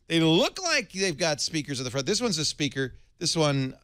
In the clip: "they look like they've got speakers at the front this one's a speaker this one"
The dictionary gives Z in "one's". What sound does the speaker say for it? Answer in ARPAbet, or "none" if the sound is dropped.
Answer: Z